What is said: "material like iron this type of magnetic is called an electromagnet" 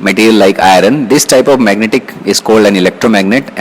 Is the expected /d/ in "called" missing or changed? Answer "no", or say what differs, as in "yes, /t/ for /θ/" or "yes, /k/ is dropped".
no